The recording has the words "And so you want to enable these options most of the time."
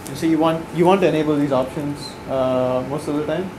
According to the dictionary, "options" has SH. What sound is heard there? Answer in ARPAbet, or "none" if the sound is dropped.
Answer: SH